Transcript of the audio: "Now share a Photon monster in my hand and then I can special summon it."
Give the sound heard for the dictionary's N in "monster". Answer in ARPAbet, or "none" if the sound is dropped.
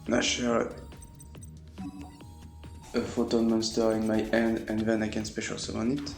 N